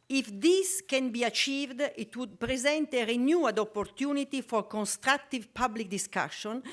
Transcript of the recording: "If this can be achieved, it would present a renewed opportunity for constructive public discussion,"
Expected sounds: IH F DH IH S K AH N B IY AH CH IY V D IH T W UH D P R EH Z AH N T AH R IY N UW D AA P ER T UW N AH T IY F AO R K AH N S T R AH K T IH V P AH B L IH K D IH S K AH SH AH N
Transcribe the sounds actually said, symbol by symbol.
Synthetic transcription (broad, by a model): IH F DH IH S K AH N B IY AH CH IY V D IH T W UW D P R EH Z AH N T AH R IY N UW D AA P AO T UW N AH T IY F AO R K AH N S T R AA K T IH V P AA B L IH K D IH S K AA SH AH N